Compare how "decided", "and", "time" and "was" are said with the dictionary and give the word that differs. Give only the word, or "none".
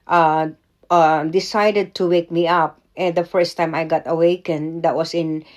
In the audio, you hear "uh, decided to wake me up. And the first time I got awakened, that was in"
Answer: was